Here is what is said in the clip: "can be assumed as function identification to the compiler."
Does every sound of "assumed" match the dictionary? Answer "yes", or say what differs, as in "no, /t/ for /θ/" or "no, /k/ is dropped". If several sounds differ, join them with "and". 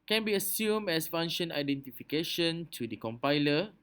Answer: no, /d/ is dropped